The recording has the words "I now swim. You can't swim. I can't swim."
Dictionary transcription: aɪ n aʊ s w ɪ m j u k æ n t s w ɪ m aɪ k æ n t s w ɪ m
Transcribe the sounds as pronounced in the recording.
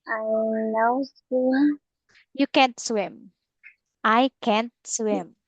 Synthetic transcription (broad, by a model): aɪ l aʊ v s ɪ j u k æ n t s w ɪ m aɪ k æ n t s w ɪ m